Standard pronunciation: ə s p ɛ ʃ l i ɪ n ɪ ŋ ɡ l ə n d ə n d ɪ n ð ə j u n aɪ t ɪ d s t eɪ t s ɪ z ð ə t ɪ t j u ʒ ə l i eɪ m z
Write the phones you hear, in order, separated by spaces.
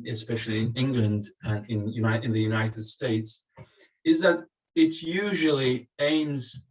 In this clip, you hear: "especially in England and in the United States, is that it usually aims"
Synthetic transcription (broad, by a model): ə s p ɛ ʃ l i ɪ n ɪ ŋ ɡ l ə n d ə n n ɪ n ð ə j u n aɪ t ɪ d s t eɪ t s ɪ z ð ə t ɪ t j u ʒ ə l i eɪ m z